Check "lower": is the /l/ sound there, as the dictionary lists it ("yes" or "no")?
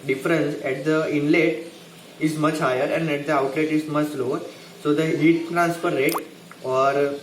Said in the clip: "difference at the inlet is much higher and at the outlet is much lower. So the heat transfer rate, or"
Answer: yes